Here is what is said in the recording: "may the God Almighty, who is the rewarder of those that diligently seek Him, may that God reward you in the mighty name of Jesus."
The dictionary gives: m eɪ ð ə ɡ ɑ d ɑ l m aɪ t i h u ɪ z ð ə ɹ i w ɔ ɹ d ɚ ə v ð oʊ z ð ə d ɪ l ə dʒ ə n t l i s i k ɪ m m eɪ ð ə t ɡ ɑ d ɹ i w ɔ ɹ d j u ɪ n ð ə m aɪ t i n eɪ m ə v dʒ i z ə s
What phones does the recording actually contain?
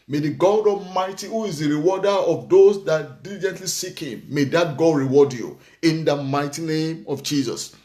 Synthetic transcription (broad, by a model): m eɪ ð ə ɡ ɑ d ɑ m aɪ t i h u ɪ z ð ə ɹ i w ɔ d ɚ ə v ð oʊ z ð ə d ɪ l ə dʒ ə n t l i s i k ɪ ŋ m eɪ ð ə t ɡ ɑ d ɹ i w ɔ d j u ɪ n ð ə m aɪ t i n eɪ m ə v dʒ i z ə s